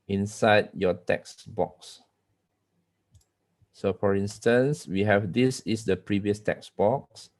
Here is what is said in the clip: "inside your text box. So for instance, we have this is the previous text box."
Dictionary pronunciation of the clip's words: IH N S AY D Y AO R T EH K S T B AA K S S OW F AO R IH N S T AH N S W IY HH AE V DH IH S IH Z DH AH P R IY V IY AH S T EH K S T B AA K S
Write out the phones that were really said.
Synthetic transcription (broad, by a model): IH N S AY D Y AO T EH K S B AA K S S OW F AO R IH N S T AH N S W IY HH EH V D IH S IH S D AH P R IY V IY AH S T EH K S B AA K S